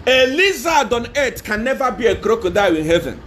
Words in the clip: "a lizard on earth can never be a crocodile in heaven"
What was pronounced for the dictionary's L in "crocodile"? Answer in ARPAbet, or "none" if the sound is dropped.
W